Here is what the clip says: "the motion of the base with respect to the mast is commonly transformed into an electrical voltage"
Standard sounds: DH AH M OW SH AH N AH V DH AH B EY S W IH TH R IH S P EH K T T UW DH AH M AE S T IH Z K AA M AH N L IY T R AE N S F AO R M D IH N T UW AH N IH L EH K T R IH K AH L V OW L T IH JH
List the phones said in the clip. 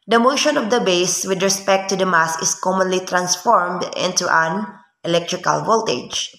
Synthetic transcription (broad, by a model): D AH M OW SH AH N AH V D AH B EY S W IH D R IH S P EH K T T UW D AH M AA S IH S K AA M AH N L IY T R AE N S F AO R M D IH N T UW AH N IH L EH K T R IH K AH L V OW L T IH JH